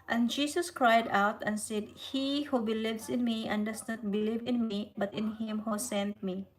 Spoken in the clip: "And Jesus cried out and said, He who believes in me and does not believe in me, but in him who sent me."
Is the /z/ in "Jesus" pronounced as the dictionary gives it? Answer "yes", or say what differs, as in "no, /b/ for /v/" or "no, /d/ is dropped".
no, /s/ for /z/